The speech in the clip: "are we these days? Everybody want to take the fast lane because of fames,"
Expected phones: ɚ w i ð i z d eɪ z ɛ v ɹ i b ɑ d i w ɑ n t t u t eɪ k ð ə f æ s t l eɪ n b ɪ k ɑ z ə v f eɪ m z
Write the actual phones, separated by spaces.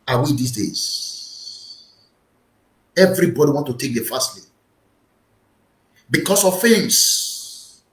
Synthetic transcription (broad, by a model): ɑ w i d i s d eɪ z ɛ v ɹ i b ɑ d i w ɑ n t t u t eɪ k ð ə f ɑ s t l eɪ b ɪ k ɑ s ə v f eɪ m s